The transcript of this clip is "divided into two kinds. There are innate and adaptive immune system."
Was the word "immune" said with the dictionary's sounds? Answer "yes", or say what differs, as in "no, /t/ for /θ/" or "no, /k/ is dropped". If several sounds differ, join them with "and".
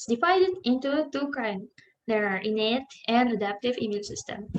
no, /l/ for /n/